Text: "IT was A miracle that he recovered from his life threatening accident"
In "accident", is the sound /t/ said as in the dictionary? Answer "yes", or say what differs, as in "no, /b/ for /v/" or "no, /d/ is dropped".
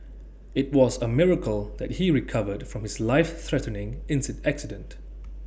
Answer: yes